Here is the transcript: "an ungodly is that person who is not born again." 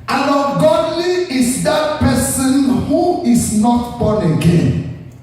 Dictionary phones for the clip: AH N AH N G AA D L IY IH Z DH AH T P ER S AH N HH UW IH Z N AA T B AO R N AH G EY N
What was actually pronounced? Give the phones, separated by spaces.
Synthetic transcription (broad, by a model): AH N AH G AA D L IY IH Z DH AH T P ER S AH N HH UW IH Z N AA T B AO N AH G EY N